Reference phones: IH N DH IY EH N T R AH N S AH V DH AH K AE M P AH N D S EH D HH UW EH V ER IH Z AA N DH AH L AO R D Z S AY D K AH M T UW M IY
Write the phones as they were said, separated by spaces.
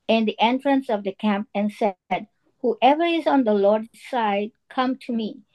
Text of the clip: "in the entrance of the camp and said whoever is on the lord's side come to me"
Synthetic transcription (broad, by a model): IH N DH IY EH N T R AH N S AH V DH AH K AE M P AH N S EH D HH UW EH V ER IH Z AA N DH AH L AO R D S AY D K AH M T UW M IY